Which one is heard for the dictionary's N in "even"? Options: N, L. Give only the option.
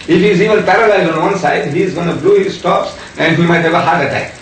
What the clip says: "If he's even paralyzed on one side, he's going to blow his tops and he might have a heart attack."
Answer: L